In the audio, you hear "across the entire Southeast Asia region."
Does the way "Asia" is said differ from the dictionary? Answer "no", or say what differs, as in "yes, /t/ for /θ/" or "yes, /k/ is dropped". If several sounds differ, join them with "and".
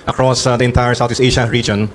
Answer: yes, /ʃ/ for /ʒ/